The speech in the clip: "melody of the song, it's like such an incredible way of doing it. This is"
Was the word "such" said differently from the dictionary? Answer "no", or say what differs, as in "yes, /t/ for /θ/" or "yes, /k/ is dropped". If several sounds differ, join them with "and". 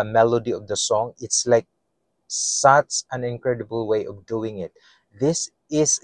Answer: yes, /s/ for /tʃ/